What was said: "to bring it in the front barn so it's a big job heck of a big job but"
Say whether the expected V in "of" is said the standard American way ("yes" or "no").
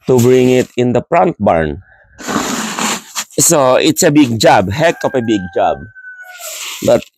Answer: no